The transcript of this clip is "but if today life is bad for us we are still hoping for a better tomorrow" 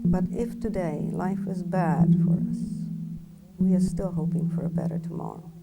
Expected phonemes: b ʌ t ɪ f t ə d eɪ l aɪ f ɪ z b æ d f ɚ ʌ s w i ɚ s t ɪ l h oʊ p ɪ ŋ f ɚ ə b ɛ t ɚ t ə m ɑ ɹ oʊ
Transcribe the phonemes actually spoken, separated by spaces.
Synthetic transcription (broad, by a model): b ʌ t ɪ f t ə d eɪ l aɪ f ɪ z b æ d f ɚ ʌ s w i ɚ s t ɪ l h oʊ p ɪ ŋ f ɚ ə b ɛ t ɚ t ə m ɑ ɹ oʊ